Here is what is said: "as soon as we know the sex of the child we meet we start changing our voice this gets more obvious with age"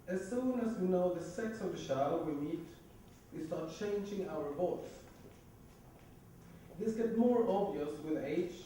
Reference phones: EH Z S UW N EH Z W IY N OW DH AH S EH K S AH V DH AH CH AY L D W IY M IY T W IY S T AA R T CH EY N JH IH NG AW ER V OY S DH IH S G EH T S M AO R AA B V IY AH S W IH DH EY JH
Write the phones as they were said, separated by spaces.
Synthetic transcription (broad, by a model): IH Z S UW N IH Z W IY N OW DH AH S EH K S AH V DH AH SH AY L W IY M IY T W IY S T AA R T CH EY N JH IH NG AW ER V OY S DH IH S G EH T M AO R AA B V IY AH S W IH DH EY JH